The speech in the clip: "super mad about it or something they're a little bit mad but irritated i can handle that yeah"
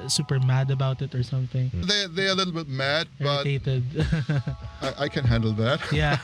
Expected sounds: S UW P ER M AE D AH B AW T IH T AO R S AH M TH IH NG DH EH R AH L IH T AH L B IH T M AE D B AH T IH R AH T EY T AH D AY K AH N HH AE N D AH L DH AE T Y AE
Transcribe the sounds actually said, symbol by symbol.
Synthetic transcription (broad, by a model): S UW P ER M AE D AH B AW T IH T AO R S AH M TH IH NG DH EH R AH L IH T L B IH T M AE D B AH T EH AH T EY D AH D AY K AH N HH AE N D L DH AE T Y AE